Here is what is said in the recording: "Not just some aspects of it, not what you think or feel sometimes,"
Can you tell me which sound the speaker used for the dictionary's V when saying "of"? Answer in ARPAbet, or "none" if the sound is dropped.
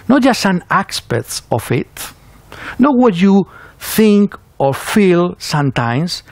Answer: F